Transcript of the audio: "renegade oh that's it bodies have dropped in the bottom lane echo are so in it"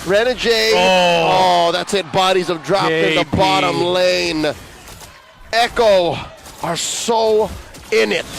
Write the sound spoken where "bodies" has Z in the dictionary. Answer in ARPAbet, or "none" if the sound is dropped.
Z